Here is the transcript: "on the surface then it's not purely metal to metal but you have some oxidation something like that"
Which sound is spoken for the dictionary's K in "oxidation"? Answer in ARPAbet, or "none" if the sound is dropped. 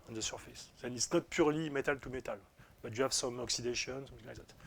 K